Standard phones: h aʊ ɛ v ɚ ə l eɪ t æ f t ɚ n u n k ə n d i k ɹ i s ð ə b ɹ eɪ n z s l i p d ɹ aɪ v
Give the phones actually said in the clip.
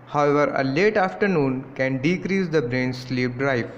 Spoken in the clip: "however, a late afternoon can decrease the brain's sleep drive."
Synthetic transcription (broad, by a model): h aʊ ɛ v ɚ ə l eɪ t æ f t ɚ n u n k ə n d i k ɹ i s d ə b ɹ eɪ n s l i p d ɹ aɪ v